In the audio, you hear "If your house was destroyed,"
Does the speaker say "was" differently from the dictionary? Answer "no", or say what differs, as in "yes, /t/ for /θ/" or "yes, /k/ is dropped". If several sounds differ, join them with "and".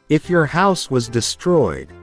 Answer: no